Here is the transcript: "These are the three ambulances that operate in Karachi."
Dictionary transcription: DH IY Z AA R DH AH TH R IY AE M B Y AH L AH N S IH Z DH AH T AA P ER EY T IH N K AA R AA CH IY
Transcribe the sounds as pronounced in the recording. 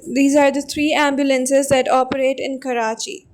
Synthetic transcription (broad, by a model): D IY Z AA R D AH T R IY AE M B Y AH L AH N S IH Z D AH T AA P ER EY T IH N K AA R AA CH IY